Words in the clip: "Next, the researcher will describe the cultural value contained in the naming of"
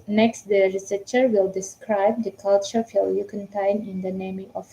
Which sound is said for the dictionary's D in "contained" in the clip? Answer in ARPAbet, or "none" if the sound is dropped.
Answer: none